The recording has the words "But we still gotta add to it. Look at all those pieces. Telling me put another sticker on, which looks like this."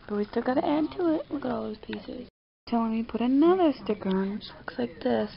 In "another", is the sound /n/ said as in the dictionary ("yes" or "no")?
yes